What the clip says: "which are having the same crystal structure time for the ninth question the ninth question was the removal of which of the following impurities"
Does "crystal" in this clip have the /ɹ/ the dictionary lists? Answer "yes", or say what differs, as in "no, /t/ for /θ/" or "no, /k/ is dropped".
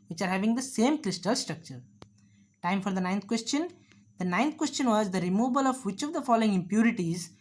yes